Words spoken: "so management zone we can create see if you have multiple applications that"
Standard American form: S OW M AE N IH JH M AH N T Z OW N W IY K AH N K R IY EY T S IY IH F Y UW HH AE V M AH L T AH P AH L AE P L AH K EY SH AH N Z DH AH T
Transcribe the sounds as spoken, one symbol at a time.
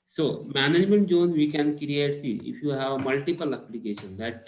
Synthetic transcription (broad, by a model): S OW M AE N IH JH M AH N T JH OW N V IY K AH N K R IY EY T S IY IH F Y UW HH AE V M AH L T AH P AH L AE P L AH K EY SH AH N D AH T